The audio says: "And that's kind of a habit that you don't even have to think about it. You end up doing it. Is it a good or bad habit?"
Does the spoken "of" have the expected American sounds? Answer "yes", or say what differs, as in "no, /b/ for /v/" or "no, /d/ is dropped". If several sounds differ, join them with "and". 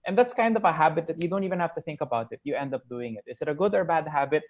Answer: yes